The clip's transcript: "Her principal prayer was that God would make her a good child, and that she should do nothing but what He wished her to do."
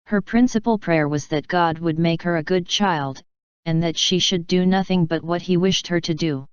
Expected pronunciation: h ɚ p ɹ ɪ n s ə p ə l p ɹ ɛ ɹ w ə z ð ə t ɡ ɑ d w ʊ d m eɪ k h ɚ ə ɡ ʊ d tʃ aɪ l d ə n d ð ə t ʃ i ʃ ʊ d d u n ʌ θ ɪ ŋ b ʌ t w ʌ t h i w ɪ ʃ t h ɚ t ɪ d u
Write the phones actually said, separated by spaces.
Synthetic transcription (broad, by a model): h ɚ p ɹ ɪ n s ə p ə l p ɹ ɛ ɹ w ə z ð ə t ɡ ɑ d w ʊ d m eɪ k h ɚ ə ɡ ʊ d tʃ aɪ l d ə n ð ə t ʃ i ʃ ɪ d d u n ʌ θ ɪ ŋ b ʌ t w ʌ t h i w ɪ ʃ t h ɚ t ɪ d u